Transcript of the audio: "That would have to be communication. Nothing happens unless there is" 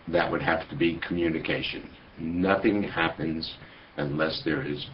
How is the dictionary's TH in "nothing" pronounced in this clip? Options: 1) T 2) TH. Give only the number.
2